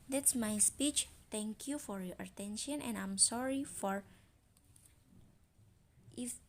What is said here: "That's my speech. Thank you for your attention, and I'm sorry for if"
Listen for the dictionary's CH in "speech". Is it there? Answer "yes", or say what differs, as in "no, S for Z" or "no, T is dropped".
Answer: yes